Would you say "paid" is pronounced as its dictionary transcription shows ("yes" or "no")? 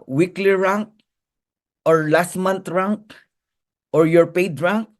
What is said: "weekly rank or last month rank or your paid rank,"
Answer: yes